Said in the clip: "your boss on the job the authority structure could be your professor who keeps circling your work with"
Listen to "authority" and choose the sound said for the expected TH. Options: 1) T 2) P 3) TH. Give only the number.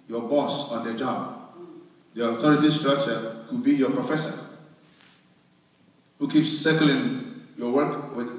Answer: 1